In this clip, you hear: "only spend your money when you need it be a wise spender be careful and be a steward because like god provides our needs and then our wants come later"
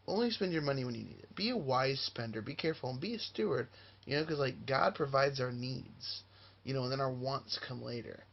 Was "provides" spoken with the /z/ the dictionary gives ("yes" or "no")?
yes